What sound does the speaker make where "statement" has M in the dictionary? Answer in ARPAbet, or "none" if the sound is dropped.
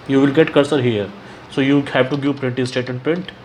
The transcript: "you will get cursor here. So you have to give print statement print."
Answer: none